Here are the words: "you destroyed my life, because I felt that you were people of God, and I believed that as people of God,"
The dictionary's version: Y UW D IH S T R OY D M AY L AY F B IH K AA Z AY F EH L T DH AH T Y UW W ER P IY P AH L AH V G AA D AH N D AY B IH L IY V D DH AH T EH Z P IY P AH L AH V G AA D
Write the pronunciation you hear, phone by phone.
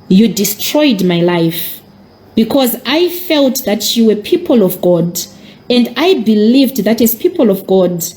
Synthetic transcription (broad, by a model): Y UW D IH S T R OY D M AY L AY F B IH K AA Z AY F EH L T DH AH T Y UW W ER P IY P AH L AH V G AA D AH N D AY B IH L IY V D DH AH T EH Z P IY P AH L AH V G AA D